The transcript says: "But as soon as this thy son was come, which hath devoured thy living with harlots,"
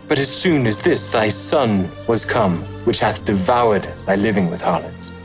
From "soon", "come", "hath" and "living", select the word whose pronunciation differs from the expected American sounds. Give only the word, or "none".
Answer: none